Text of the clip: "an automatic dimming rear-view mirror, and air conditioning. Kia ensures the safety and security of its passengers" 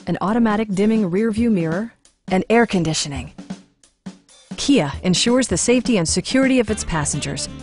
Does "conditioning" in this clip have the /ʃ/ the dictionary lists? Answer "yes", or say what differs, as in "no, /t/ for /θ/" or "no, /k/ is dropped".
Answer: yes